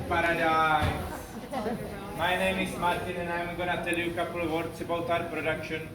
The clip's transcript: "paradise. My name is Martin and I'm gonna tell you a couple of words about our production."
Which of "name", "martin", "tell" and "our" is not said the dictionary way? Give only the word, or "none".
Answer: none